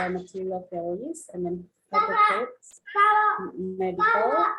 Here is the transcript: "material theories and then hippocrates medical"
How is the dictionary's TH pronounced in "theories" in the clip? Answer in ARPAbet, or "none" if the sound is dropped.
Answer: F